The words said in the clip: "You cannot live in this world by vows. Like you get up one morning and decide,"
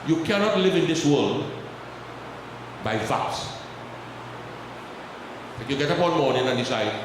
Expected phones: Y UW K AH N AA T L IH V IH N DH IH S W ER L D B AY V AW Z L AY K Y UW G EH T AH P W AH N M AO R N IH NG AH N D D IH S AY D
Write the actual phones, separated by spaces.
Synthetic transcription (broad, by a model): Y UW K AH N AA T L IH V IH N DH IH S W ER L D B AY F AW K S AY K Y UW G EH T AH P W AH N M AO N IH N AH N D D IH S AY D